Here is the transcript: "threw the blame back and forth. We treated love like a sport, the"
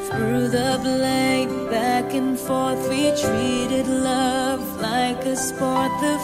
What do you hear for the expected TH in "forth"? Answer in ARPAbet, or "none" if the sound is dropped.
TH